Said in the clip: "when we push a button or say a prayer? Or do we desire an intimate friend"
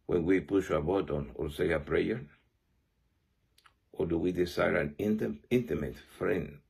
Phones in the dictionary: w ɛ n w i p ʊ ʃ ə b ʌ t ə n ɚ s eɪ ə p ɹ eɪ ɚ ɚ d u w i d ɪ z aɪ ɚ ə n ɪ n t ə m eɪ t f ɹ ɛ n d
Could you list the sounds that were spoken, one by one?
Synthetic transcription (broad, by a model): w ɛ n w i p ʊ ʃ ə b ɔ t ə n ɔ s eɪ ə p ɹ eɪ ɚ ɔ d u w i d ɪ s aɪ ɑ ə n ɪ n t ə m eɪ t f ɹ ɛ n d